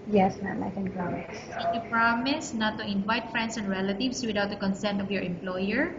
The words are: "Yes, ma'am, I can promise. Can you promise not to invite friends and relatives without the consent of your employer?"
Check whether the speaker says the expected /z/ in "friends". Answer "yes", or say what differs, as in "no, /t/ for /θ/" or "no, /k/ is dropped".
no, /s/ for /z/